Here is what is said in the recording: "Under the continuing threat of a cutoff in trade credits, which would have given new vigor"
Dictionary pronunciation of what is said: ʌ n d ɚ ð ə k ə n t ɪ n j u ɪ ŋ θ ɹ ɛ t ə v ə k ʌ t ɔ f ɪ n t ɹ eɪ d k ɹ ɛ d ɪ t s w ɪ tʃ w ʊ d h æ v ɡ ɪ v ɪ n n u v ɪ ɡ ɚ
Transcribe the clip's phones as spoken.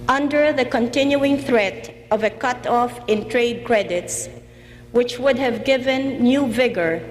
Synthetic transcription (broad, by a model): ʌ n d ɚ ð ə k ə n t ɪ n j u ɪ ŋ θ ɹ ɛ t ə v ə k ʌ t ɔ f ɪ n t ɹ eɪ d k ɹ ɛ d ɪ t s w ɪ tʃ w ʊ d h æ v ɡ ɪ v ɪ n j u v ɪ ɡ ɚ